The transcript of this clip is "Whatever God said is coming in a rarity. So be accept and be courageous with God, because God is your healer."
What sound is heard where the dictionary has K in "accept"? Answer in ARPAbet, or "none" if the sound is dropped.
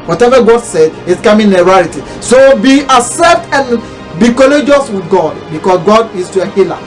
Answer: none